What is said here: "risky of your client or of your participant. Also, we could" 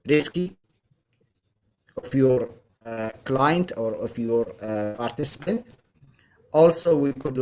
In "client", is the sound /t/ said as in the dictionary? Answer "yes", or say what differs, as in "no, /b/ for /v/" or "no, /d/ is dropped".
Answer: yes